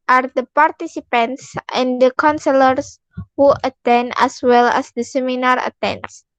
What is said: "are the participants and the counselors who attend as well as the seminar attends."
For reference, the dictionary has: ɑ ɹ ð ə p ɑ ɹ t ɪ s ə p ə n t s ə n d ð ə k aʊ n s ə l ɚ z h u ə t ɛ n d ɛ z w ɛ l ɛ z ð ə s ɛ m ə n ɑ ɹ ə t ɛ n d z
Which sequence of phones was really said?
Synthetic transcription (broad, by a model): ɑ ɹ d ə p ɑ ɹ t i s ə p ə n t s ə n d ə k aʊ n s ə l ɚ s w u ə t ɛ n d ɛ s w ɛ l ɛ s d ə s ɛ m ə n ɑ ɹ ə t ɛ n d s